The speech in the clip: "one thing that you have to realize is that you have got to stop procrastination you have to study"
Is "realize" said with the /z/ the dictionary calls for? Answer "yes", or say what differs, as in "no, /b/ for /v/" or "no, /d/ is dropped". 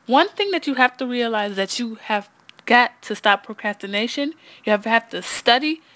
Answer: no, /z/ is dropped